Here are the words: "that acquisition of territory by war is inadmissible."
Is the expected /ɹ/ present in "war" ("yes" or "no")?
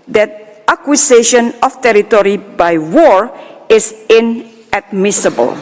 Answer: yes